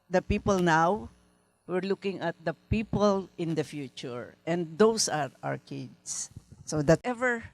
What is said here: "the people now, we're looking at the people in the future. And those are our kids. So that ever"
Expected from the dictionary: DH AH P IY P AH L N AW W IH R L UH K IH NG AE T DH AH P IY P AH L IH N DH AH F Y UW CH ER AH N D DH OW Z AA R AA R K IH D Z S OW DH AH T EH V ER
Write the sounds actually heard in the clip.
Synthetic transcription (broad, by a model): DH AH P IY P AH L N AW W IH R L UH K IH NG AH T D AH P IY P AH L IH N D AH F Y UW CH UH AH N D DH OW S AA R AA R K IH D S S OW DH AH T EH V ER